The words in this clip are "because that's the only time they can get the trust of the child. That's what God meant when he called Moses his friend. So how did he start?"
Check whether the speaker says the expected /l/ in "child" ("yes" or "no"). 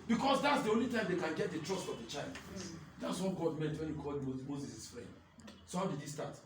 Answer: yes